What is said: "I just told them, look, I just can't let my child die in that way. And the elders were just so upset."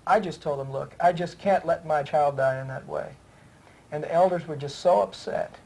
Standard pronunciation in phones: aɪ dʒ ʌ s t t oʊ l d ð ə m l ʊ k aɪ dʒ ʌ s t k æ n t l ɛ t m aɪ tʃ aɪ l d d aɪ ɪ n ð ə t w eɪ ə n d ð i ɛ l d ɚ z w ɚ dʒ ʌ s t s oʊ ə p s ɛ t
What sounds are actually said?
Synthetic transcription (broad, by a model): aɪ dʒ ʌ s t t oʊ l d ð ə m l ʊ k aɪ dʒ ʌ s k æ n t l ɛ t m aɪ tʃ aɪ l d d aɪ ɪ n ð ə t w eɪ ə n ð i ɛ l d ɚ z w ɚ dʒ ʌ s t s oʊ ə p s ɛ t